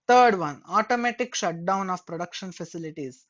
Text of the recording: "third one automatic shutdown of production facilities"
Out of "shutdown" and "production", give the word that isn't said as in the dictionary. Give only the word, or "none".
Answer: none